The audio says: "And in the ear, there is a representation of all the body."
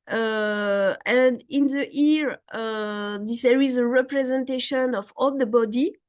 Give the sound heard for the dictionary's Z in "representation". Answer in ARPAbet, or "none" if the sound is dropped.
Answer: Z